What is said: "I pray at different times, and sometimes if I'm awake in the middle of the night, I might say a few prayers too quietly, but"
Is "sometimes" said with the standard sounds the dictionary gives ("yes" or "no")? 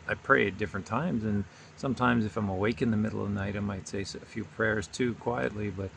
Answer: yes